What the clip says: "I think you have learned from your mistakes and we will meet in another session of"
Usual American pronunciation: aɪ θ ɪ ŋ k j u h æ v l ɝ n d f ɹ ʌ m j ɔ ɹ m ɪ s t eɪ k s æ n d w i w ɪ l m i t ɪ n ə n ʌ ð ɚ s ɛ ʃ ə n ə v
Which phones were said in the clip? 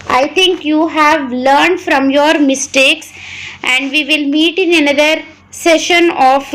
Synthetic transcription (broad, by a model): aɪ t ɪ ŋ k j u h æ v l ɝ n d f ɹ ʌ m j ɔ ɹ m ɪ s t eɪ k s æ n d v i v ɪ l m i t ɪ n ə n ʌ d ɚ s ɛ ʃ ə n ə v